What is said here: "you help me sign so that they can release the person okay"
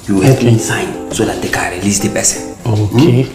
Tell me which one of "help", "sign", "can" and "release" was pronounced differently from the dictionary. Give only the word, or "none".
help